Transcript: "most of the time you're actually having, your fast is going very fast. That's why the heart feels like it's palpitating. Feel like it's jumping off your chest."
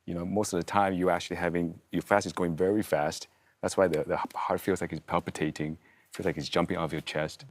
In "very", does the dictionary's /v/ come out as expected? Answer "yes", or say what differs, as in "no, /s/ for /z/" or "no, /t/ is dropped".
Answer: yes